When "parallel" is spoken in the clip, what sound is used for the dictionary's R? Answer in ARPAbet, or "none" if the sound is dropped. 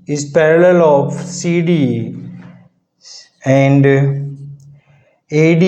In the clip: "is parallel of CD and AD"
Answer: R